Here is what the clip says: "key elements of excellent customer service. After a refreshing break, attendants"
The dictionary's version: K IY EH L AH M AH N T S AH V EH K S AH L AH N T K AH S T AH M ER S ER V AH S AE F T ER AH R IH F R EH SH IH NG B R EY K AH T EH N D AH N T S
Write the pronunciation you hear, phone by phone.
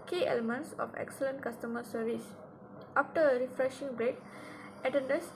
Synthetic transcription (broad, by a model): K IY EH L AH M AH N T S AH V EH K S AH L AH N T K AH S T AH M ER S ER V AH S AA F T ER AH R IH F R EH SH IH NG B R EY K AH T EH N D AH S